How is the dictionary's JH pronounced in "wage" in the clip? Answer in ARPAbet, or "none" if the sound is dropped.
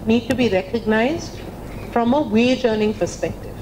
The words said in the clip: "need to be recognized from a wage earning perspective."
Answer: JH